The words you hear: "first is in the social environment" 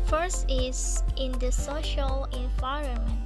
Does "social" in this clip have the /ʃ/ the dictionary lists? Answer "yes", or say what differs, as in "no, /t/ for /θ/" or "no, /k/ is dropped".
yes